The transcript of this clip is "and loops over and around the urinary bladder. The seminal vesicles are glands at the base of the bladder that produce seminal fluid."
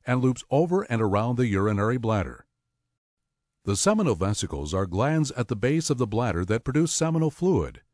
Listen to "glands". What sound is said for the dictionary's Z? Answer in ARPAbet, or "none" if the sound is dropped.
Z